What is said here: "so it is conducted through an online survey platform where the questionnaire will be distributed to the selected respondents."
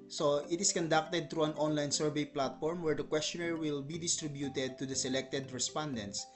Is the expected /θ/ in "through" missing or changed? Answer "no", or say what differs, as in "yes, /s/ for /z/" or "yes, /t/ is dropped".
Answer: yes, /t/ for /θ/